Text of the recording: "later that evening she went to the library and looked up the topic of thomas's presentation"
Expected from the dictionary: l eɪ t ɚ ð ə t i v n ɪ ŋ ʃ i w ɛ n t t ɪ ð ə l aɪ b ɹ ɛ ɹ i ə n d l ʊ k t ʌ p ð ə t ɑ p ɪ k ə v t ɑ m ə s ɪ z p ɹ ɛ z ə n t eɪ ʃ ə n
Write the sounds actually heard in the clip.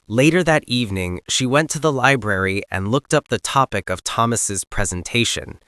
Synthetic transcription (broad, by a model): l eɪ t ɚ ð ə t i v n ɪ ŋ ʃ i w ɛ n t t ɪ ð ə l aɪ b ɹ ɛ ɹ i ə n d l ʊ k t ʌ p ð ə t ɑ p ɪ k ə v t ɑ m ə s ɪ z p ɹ ɛ z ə n t eɪ ʃ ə n